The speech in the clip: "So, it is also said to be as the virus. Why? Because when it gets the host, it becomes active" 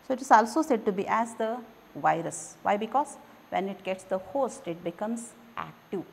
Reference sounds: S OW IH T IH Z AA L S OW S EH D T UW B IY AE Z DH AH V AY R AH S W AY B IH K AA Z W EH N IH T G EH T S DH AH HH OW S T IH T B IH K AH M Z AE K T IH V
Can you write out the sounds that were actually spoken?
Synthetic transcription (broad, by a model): S OW IH T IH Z AA L S OW S EH D T UW B IY AE Z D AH V AY R AH S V AY B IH K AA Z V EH N IH T G EH T S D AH HH OW S T IH T B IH K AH M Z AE K T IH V